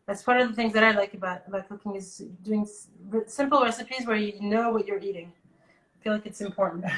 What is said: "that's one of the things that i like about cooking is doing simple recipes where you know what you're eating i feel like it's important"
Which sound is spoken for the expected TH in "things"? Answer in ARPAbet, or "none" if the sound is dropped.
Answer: TH